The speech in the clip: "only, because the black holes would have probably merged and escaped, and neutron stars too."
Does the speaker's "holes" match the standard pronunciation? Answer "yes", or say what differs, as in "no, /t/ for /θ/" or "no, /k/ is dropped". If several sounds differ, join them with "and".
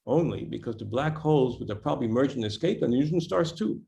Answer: yes